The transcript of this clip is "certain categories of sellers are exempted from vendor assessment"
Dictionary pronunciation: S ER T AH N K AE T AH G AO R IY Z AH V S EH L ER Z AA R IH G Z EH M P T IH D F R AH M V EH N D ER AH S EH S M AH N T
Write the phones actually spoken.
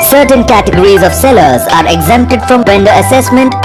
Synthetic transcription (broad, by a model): S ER T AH N K AE T AH G AO R IY Z AH V S EH L ER Z AA R IH G Z EH M P T IH D F R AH M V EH N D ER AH S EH S M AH N T